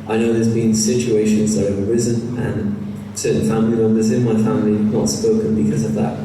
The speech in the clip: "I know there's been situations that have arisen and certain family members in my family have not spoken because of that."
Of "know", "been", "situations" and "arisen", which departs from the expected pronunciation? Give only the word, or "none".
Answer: none